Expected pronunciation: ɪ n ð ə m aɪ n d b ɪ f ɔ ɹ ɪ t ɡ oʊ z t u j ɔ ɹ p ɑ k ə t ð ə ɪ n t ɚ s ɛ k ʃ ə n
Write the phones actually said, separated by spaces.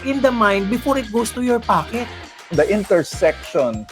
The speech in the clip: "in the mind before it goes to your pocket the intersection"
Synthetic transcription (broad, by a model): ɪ n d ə m aɪ n d b ɪ f ɔ ɹ ɪ t ɡ oʊ s t u j ɔ ɹ p ɑ k ə t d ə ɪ n t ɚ s ɛ k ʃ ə n